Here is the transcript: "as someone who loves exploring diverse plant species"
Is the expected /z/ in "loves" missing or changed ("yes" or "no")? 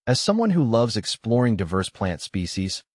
no